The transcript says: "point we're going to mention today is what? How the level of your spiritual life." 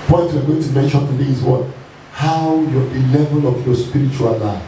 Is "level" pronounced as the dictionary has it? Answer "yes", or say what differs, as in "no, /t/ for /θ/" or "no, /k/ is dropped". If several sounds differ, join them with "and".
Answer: yes